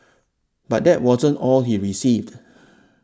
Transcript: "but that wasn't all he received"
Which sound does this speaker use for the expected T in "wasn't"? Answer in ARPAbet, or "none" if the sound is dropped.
T